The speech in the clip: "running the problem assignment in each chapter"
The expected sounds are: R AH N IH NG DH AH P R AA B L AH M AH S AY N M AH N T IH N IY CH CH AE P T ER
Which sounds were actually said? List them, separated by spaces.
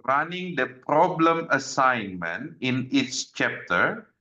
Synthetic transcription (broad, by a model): R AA N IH NG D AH P R AA B L AH M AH S AY N M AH N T IH N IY S CH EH P T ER